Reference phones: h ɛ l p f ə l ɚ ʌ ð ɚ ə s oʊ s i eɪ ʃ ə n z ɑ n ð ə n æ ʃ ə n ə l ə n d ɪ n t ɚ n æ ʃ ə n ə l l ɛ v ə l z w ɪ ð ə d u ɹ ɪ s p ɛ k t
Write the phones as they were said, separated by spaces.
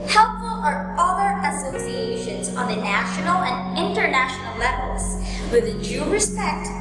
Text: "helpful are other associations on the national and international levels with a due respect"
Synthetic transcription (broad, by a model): h ɛ l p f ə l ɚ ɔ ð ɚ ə s oʊ s i eɪ ʃ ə n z ɑ n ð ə n æ ʃ ə n ə l ə n d ɪ n t ɚ n æ ʃ ə n ə l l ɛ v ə l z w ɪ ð ə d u ɹ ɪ s p ɛ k t